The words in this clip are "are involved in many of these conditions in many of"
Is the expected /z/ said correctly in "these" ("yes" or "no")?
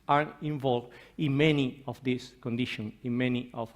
no